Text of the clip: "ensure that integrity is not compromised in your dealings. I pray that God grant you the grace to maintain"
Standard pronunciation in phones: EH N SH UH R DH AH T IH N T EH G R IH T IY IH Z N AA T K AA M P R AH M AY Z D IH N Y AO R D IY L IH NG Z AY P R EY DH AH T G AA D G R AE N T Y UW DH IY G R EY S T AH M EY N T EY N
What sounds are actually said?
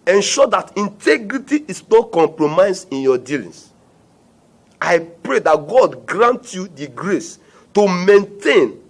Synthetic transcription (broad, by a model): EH N SH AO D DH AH T IH N T EH G R IH T IY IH S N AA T K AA M P R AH M AY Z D IH N Y AO D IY L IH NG S AY P R EY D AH T G AA D G R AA N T Y UW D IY G R EY S T AH M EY N T EY N